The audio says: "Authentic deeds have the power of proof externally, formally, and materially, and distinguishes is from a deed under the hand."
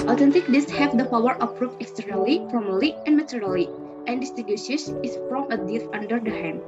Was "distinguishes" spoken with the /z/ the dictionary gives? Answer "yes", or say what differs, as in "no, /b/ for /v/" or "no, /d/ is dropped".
no, /s/ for /z/